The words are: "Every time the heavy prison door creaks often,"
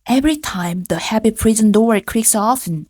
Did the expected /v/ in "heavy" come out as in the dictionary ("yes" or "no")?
no